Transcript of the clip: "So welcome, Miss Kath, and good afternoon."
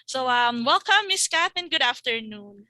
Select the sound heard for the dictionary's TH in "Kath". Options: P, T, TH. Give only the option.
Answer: T